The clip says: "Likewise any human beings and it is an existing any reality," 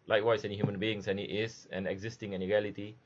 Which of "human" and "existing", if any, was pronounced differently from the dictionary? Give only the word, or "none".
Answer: none